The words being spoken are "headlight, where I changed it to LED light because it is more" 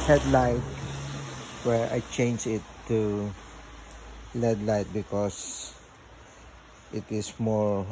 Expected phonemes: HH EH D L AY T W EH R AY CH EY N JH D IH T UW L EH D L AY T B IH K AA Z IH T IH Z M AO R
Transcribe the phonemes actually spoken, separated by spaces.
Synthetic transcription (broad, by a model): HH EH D L AY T W EH R AY CH EY N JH IH T UW L EH D L AY T B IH K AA S IH T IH S M AO R